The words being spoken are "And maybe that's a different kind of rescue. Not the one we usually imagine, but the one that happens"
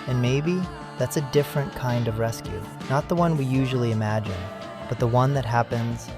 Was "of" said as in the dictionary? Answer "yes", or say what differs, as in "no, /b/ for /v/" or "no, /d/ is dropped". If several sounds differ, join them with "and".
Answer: yes